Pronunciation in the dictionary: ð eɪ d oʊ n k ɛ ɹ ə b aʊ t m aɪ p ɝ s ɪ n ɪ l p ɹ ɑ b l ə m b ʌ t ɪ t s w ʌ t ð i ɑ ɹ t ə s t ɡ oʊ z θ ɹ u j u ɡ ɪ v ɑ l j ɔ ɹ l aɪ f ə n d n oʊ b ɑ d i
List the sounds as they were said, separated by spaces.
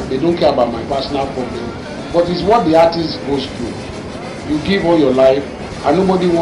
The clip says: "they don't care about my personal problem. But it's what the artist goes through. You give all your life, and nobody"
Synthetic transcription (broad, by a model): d eɪ d oʊ n k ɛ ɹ ə b aʊ t m aɪ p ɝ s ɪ n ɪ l p ɹ ɑ b l ə m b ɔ t ɪ t s w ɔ t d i ɑ t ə s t ɡ oʊ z t ɹ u j u ɡ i v ɑ l j ɔ l aɪ f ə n n oʊ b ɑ d i